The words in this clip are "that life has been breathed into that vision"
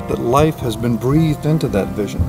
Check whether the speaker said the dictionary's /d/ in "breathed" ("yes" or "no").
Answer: yes